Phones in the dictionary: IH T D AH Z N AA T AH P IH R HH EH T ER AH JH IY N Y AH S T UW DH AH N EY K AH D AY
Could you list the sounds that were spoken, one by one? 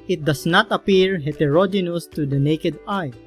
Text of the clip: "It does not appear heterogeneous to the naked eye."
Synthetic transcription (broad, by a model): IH T D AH S N AA T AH P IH R HH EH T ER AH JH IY N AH S T UW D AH N EY K AH D AY